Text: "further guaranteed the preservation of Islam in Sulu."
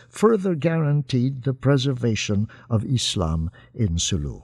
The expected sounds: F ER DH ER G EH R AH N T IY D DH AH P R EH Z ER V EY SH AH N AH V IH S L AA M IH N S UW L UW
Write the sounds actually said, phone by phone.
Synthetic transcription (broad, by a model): F ER DH ER G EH R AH N T IY D DH AH P R EH Z ER V EY SH AH N AH V IH S L AA M IH N S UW L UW